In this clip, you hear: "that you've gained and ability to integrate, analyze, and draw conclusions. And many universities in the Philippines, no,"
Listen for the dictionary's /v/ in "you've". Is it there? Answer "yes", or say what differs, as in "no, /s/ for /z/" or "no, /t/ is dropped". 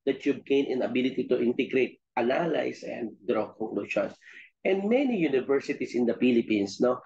no, /b/ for /v/